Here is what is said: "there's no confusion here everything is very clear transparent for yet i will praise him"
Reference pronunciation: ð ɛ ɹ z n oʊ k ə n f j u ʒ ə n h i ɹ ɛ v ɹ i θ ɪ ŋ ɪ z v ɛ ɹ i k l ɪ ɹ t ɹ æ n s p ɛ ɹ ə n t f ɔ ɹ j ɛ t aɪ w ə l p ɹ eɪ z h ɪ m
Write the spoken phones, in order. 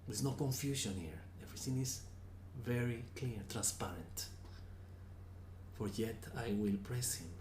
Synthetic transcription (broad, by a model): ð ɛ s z n oʊ k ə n f j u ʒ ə n h i ɹ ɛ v ɹ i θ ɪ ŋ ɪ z v ɛ ɹ i k l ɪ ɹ t ɹ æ n s p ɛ ɹ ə n t f ɔ ɹ j ɛ t aɪ w ə l p ɹ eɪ s h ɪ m